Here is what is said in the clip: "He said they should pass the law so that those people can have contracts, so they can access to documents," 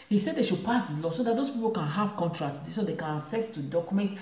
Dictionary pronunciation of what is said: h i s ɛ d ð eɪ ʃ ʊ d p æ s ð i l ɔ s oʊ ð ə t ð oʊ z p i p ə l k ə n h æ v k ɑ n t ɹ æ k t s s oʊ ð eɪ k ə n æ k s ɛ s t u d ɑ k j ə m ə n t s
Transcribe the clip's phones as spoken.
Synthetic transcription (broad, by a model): h i s ɛ d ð eɪ ʃ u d p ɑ s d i l ɔ s oʊ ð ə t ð oʊ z p i p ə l k ə n h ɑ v k ɑ n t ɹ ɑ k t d s oʊ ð eɪ k ə n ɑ s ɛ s t u d ɑ k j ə m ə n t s